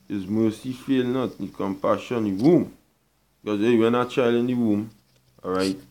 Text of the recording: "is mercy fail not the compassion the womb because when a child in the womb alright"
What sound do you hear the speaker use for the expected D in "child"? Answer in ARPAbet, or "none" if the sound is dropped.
none